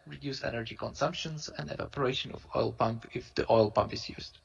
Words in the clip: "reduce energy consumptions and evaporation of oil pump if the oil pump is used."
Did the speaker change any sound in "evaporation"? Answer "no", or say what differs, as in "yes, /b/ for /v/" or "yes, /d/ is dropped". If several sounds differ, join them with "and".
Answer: no